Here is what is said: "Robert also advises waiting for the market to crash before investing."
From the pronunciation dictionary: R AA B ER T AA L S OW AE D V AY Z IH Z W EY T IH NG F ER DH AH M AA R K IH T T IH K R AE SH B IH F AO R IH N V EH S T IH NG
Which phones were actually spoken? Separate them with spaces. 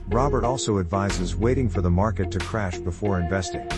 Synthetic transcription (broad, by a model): R AA B ER T AA L S OW AE D V AY Z IH Z W EY T IH NG F ER DH AH M AA R K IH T T IH K R AE SH B IH F AO R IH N V EH S T IH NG